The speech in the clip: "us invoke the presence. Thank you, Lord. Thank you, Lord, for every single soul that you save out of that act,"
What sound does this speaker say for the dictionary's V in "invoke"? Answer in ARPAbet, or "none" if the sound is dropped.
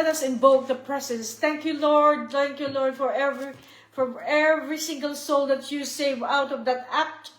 B